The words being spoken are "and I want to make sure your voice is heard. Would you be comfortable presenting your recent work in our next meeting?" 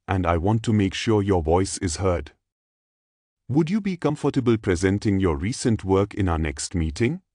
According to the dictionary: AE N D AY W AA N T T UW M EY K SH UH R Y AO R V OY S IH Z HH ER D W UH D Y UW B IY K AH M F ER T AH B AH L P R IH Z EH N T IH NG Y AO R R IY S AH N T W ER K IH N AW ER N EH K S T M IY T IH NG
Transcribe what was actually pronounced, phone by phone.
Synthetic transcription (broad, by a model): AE N D AY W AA N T T UW M EY K SH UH R Y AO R V OY S IH Z HH ER D W UH D Y UW B IY K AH M F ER T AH B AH L P R IH Z EH N T IH NG Y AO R R IY S AH N T W ER K IH N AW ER N EH K S T M IY T IH NG